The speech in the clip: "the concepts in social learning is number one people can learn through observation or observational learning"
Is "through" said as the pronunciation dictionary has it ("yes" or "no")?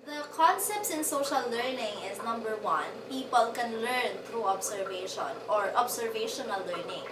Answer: no